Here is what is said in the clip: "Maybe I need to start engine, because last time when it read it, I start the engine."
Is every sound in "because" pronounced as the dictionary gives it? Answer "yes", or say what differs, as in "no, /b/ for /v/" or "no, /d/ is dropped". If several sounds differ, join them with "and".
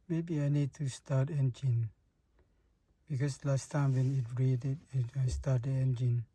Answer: no, /s/ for /z/